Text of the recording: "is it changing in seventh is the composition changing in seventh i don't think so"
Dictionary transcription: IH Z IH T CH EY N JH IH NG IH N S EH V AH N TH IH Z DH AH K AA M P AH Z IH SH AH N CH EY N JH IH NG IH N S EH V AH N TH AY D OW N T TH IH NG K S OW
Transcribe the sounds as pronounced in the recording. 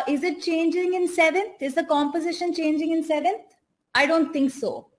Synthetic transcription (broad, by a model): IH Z IH T CH EY N JH IH NG IH N S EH V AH N T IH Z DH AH K AA M P AH Z IH SH AH N CH EY N JH IH NG IH N S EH V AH N T AY D OW N T T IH NG K S OW